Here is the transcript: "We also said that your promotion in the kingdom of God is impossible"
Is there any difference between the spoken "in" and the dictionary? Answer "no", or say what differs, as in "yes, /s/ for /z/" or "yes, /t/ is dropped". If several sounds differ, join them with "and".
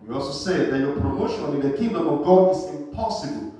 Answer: yes, /l/ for /n/